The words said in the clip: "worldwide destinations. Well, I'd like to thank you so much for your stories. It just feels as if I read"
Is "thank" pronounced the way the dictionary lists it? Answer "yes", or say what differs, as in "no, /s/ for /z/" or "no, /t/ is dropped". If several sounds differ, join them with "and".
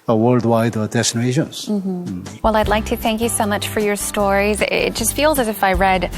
yes